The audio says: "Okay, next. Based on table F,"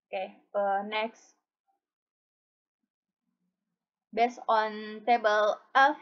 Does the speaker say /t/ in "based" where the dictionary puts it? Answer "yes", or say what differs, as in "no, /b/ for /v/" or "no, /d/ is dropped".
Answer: no, /t/ is dropped